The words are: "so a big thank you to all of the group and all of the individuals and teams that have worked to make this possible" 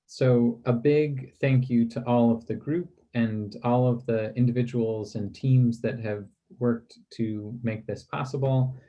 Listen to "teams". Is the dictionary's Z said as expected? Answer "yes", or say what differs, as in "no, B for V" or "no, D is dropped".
yes